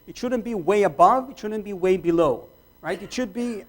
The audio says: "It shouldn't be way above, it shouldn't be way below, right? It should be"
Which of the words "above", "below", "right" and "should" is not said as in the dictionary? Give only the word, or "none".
none